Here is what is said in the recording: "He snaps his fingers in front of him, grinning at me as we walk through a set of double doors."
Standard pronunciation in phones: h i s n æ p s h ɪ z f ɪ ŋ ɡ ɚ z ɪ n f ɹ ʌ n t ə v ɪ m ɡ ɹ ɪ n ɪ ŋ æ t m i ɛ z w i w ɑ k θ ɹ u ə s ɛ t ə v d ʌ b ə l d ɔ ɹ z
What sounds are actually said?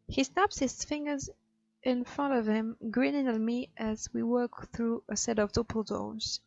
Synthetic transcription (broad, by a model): h i s n æ p s h ɪ z f ɪ ŋ ɡ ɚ z ɪ n f ɹ ʌ n t ə v ɪ m ɡ ɹ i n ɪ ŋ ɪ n m i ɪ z w i w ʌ k θ ɹ u ə s ɛ t ə v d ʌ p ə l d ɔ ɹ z